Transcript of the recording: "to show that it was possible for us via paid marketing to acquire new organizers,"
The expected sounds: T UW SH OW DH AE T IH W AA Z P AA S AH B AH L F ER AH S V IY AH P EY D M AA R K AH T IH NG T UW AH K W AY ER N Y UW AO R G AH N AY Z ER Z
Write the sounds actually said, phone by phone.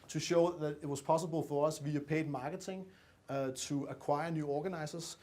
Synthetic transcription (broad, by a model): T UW SH OW DH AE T IH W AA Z P AA S AH B AH L F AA AH S V IY AH P EY D M AA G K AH S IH NG S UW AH K W AY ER N Y UW AO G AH N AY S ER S